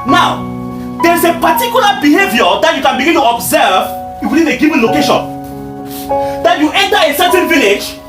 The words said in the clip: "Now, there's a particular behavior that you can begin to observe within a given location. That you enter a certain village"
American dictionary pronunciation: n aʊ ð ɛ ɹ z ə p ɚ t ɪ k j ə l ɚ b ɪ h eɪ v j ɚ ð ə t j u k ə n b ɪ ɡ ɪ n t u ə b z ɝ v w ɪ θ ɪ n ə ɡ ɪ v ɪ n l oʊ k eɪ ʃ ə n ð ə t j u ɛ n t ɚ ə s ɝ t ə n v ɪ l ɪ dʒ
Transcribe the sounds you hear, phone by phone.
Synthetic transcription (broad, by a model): n aʊ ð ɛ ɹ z ə p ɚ t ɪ k j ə l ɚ b ɪ h eɪ v j ɚ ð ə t j u k ə n b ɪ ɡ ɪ n t u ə b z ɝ v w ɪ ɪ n ə ɡ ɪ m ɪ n l oʊ k eɪ ʃ ə n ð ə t j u ɛ n t ɚ ə s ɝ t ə n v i l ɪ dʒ